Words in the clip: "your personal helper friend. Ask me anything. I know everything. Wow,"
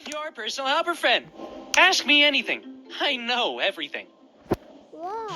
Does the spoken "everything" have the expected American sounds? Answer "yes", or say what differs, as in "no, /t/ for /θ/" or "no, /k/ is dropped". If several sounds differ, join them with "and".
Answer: yes